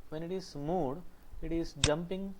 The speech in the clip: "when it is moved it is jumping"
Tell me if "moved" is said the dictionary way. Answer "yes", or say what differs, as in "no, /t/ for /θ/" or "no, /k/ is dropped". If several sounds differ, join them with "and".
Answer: no, /v/ is dropped